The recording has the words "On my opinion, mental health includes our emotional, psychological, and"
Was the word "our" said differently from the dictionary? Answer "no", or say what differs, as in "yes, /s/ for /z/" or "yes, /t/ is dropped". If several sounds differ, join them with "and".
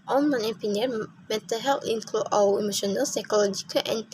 yes, /w/ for /ɹ/